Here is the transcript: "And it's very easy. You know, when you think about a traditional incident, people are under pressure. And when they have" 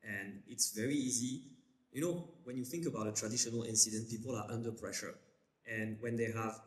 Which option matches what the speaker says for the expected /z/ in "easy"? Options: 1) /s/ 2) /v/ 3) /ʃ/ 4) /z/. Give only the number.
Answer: 4